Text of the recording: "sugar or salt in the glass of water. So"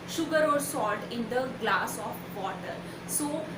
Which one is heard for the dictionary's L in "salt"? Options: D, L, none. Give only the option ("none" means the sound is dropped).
none